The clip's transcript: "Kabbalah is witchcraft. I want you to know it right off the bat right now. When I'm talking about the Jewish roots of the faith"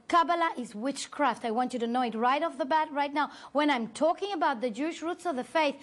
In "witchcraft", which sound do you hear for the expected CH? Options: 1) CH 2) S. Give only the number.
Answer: 1